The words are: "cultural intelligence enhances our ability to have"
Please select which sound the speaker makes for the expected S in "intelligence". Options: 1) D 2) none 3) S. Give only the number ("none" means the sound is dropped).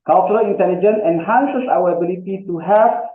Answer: 2